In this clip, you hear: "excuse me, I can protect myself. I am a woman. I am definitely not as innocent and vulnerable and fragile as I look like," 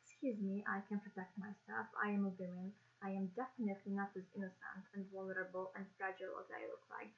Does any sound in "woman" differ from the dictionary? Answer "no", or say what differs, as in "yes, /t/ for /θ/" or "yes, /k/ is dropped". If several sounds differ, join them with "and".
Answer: yes, /m/ is dropped